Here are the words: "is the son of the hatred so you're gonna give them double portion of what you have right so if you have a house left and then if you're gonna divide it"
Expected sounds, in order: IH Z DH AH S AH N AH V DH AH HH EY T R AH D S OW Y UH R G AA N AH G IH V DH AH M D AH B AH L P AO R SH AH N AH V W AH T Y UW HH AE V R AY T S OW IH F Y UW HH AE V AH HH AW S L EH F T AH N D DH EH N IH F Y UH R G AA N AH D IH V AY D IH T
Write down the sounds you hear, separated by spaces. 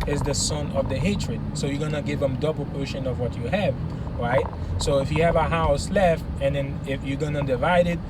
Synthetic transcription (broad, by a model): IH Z DH AH S AH N AH V DH AH HH EY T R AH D S OW Y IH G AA N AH G IH V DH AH M D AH B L P AO R SH AH N AH V W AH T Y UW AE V R AY T S OW IH F Y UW V AH HH AW S L EH F T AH N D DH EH N IH F Y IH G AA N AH D IH V AY D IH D